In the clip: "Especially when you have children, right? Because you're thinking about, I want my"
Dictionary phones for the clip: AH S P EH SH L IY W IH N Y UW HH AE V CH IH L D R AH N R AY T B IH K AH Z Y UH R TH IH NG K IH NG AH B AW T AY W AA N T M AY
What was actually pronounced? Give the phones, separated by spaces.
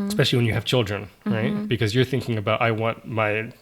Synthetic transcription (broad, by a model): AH S P EH SH L IY W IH N Y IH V CH IH L D R AH N R AY T B IH K AH Z Y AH R TH IH NG K IH NG AH B AW T AY W AA N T M AY